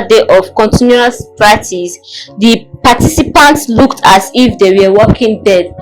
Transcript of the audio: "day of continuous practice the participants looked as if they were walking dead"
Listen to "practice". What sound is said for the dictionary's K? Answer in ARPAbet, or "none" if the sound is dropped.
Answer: none